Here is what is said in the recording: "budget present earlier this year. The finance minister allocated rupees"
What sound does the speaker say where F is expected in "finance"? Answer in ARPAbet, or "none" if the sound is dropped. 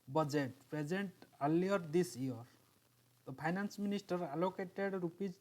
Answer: P